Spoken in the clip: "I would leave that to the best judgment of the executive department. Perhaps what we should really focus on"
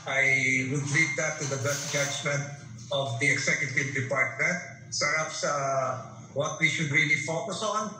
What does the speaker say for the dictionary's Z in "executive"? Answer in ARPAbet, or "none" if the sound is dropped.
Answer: S